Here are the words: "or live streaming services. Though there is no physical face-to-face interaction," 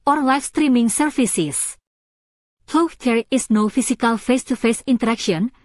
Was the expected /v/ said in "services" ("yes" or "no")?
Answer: no